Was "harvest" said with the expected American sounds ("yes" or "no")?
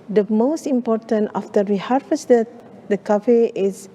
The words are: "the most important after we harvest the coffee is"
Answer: no